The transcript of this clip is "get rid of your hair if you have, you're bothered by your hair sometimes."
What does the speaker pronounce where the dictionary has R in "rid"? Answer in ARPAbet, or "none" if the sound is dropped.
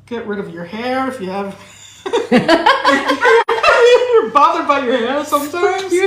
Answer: R